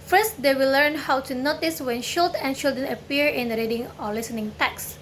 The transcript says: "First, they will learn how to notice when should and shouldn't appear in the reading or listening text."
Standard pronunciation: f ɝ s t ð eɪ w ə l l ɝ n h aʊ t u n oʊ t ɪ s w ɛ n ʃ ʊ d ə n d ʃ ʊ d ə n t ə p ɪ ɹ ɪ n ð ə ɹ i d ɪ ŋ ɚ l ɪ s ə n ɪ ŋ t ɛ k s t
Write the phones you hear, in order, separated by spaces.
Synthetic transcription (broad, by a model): f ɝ s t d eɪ w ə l l ɝ n h aʊ t u n oʊ t ɪ s w ɛ n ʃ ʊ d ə n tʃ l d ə n ə p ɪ ɹ ɪ n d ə ɹ i d ɪ ŋ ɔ l ɪ s ə n ɪ ŋ t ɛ k s